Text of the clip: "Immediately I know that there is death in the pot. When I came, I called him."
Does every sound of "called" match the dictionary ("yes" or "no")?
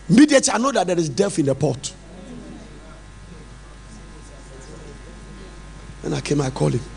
no